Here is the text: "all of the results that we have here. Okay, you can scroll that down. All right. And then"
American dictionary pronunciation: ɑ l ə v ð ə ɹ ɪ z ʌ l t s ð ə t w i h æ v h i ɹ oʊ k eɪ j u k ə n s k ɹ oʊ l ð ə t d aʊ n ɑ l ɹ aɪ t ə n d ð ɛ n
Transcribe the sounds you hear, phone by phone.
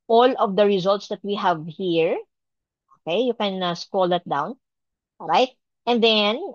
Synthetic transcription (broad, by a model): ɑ l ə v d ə ɹ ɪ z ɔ l t s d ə t w i h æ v h i ɹ oʊ k eɪ j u k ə n s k oʊ l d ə t d aʊ n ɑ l ɹ aɪ t ə n d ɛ n